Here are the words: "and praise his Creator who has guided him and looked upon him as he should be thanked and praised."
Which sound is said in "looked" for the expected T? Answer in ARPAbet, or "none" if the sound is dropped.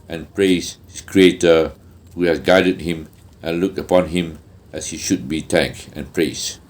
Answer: none